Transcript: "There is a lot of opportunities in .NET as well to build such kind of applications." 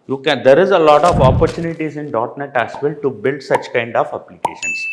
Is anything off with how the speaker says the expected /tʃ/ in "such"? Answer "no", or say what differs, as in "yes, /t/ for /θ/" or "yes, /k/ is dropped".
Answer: no